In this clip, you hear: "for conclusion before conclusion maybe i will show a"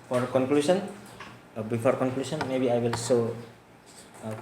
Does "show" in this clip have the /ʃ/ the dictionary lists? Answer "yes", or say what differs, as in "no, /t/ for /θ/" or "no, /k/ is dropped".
no, /s/ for /ʃ/